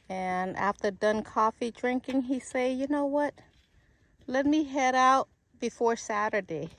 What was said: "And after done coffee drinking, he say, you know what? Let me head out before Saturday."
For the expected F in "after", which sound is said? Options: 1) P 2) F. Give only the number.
2